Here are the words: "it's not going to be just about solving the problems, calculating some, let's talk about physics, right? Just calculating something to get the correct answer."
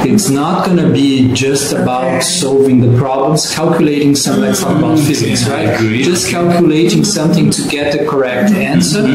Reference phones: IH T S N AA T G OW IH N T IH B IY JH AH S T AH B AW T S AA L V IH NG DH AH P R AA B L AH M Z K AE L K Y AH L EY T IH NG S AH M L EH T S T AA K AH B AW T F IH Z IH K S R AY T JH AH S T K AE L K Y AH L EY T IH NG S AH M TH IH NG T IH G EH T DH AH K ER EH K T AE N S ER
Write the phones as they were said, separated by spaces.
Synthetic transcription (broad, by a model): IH T S N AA T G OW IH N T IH B IY JH AH S T AH B AW T S AA L V IH NG DH AH P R AA B L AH M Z K AE L K Y AH L EY T IH NG S AH M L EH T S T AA AH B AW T F IH Z IH K S R AY T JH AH S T K AE L K Y AH L EY T IH NG S AH M TH IH NG T IH G EH T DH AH K ER EH K T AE N S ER